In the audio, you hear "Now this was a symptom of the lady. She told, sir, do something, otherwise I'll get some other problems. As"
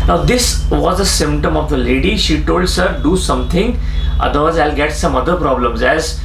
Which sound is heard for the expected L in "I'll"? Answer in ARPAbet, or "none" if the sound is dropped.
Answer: L